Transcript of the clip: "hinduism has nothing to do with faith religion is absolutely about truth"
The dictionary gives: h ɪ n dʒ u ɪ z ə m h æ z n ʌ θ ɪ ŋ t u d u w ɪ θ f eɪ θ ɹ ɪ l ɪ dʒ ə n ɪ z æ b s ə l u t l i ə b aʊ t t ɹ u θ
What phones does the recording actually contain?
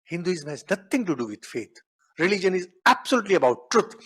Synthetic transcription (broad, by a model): h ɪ n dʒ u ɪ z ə m h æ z n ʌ t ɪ ŋ t u d u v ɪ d f eɪ t ɹ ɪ l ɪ dʒ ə n ɪ z æ b s ə l u t l i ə b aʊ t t ɹ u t